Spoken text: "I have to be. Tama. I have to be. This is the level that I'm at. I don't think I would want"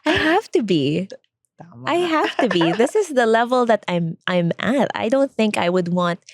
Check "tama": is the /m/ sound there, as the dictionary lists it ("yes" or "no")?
no